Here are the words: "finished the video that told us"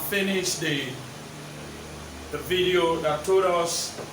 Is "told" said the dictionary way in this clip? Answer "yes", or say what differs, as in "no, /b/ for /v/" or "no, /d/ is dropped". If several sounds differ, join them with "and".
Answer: no, /l/ is dropped